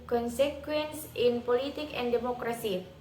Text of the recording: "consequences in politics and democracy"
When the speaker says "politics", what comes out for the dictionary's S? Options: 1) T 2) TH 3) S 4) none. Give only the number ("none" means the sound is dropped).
4